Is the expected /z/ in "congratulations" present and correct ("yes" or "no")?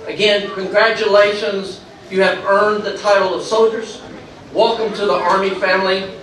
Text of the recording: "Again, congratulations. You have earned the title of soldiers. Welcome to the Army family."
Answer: yes